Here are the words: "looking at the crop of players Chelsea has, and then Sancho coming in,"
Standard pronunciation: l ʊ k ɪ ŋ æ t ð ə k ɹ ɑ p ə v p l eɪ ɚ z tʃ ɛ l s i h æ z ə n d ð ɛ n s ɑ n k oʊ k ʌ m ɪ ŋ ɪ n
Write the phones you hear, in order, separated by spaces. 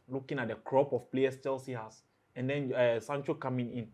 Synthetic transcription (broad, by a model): l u k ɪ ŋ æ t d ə k ɹ ɑ p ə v p l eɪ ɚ s tʃ ɛ l s i h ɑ s ə n d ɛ n s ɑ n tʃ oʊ k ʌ m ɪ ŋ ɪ n